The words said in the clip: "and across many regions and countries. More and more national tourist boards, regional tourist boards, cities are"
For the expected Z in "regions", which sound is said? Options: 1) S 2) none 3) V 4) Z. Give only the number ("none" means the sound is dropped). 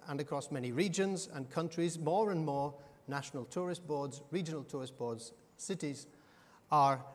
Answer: 4